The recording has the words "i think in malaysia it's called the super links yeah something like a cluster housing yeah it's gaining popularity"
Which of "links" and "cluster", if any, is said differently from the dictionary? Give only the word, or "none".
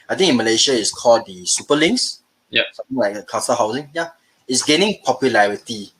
cluster